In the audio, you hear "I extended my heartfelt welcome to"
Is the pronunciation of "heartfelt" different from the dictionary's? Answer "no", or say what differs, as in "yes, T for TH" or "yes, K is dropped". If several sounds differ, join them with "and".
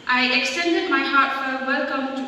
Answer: yes, L is dropped